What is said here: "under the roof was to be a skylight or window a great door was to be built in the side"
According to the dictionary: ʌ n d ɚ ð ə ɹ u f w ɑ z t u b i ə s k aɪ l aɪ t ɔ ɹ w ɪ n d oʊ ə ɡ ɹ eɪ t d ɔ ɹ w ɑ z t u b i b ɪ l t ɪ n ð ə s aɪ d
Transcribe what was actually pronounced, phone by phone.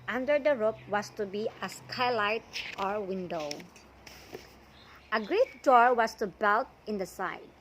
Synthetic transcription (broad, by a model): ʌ n d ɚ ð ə ɹ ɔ p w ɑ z t u b i ə s k aɪ l aɪ t ɔ ɹ w ɪ n d oʊ ə ɡ ɹ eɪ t d ɔ ɹ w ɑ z t u b i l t ɪ n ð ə s aɪ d